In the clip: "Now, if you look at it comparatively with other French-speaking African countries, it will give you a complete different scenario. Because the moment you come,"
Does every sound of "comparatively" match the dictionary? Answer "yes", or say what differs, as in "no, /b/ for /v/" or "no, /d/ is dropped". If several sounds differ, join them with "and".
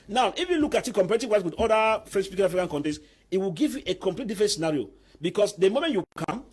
no, /w/ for /l/